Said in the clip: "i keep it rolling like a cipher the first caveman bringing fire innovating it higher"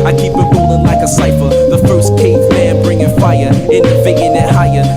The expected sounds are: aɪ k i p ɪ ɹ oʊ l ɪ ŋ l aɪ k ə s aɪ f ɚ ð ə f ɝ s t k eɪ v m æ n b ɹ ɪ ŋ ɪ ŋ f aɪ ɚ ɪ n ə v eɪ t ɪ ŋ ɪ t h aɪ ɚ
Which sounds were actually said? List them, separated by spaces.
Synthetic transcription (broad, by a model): aɪ k i p ɪ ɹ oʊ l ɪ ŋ l aɪ k ə s aɪ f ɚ ð ə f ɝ s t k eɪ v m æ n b ɹ ɪ ŋ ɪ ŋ f aɪ ɚ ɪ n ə f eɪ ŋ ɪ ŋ ɪ t h aɪ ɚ